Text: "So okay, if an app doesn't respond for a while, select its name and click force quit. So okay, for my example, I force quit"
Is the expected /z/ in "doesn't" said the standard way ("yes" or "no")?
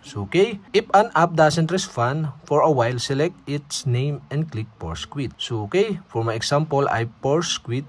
no